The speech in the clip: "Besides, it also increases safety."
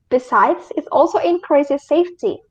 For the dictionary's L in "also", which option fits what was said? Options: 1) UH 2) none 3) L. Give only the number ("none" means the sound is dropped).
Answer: 3